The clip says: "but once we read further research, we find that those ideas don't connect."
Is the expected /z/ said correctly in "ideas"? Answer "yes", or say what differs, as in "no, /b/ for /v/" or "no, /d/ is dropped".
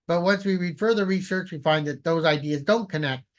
yes